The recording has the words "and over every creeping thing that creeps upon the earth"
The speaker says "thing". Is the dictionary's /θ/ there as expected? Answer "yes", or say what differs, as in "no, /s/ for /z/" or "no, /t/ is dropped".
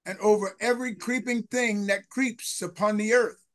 yes